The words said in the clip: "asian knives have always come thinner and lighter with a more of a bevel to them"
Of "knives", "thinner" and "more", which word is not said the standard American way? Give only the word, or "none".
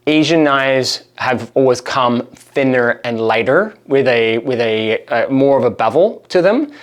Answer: none